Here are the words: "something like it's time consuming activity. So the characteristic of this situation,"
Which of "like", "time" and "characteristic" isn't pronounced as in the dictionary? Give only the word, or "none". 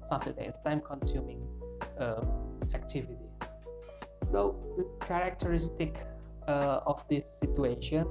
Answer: like